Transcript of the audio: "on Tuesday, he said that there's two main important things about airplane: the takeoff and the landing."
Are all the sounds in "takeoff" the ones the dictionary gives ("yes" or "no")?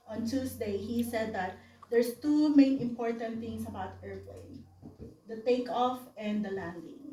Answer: yes